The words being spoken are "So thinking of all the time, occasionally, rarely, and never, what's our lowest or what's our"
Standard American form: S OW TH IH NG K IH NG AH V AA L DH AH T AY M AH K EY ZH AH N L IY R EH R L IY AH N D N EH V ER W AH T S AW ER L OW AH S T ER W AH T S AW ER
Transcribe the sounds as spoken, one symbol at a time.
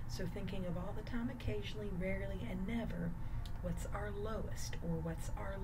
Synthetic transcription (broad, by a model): S OW TH IH NG K IH NG AH V AA L DH AH T AY M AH K EY ZH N L IY R EH R L IY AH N N EH V ER W AH T S AW ER L OW AH S T ER W AH T S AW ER